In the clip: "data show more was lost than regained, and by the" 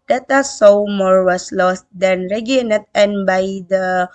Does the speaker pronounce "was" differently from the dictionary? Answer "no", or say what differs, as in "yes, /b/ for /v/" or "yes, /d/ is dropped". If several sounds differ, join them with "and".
yes, /s/ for /z/